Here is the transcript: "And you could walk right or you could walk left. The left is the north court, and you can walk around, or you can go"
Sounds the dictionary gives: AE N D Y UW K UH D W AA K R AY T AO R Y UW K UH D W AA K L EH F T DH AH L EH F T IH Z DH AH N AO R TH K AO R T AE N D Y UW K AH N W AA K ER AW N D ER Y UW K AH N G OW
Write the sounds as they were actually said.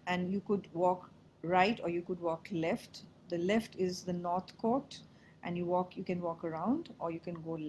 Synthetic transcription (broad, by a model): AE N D Y UW K UH D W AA K R AY T AO R Y UW K UH D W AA K L EH F T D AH L EH F T IH Z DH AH N AO R T K AO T T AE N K Y UW K AH N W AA K ER AW N D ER Y UW K AH N G OW